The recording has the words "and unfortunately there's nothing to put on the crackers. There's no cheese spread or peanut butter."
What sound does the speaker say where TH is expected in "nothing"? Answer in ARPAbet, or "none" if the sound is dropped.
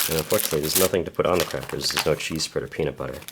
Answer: TH